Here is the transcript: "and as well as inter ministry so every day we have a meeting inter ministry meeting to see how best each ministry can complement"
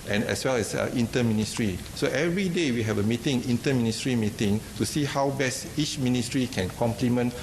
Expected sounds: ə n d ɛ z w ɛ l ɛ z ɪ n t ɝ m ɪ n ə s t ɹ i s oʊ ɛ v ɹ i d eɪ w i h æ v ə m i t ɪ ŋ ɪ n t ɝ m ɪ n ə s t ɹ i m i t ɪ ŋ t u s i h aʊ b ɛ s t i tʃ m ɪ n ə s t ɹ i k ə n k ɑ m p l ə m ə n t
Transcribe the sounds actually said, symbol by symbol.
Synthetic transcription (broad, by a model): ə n ɛ s w ɛ l ɛ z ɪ n t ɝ m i n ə s t ɹ i s oʊ ɛ v ɹ i d eɪ w i h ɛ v ə m i t ɪ ŋ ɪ n t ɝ m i n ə s t ɹ i m i t ɪ ŋ t u s i h aʊ b ɛ s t i tʃ m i n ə s t ɹ i k ə n k ɑ m p l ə m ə n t